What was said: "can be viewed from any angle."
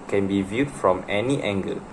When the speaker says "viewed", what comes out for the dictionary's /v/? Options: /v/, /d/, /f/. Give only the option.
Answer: /v/